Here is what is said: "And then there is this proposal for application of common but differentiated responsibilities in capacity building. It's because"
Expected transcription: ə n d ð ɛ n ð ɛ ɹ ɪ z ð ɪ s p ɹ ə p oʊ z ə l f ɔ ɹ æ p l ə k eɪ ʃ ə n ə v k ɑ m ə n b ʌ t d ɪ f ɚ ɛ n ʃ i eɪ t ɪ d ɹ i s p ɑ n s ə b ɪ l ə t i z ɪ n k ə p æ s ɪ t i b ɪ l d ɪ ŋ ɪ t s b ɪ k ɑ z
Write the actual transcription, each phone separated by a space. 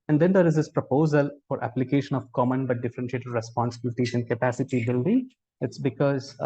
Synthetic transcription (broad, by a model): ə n d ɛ n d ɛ ɹ ɪ z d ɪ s p ɹ ə p oʊ z ə l f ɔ ɹ æ p l ə k eɪ ʃ ə n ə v k ɑ m ə n b ʌ t d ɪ f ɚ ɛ n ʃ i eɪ t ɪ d ɹ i s p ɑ n s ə b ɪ l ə t i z ɪ n k ə p æ s ɪ t i b ɪ l d ɪ ŋ ɪ t s b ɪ k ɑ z